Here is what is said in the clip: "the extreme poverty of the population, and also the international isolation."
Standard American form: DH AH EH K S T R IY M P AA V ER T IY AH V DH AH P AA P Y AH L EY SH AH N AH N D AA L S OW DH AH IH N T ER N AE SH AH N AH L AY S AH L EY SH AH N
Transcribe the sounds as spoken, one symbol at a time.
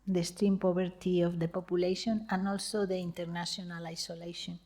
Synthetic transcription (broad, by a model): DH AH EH S T R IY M P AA B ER T IY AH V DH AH P AA P Y AH L EY SH AH N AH N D AA L S OW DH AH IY N T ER N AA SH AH N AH L AY S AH L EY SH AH N